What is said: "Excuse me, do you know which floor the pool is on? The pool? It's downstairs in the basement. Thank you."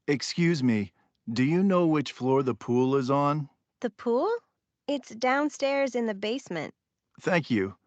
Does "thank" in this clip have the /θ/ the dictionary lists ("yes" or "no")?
yes